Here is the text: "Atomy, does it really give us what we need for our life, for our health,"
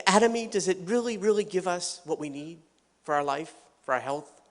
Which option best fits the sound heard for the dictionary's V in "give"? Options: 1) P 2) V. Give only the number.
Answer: 2